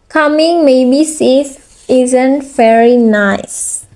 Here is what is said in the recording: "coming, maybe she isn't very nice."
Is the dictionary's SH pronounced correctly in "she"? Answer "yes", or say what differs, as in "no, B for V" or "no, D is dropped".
no, S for SH